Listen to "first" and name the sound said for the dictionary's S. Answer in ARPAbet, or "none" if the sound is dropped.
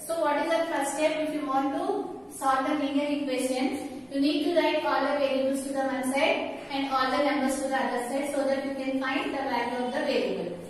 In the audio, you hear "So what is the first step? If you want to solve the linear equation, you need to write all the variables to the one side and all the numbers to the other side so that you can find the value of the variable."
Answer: none